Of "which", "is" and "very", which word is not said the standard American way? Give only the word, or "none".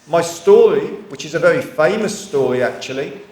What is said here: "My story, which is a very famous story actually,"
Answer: none